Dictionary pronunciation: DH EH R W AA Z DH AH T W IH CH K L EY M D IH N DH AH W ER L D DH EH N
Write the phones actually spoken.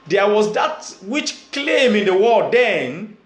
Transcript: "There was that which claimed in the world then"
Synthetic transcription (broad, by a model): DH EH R W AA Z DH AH T W IH CH K L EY M IH N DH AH W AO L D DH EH N